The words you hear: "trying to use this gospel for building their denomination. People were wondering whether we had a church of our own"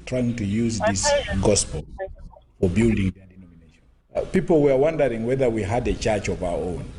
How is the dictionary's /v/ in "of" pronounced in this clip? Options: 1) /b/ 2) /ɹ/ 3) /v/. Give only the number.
3